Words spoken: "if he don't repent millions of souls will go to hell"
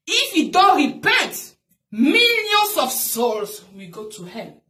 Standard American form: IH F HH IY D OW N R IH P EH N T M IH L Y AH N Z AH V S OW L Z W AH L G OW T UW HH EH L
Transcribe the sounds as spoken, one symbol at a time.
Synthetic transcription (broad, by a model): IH F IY D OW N R IH P EH N T M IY L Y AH N S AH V S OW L S W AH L G OW T UW HH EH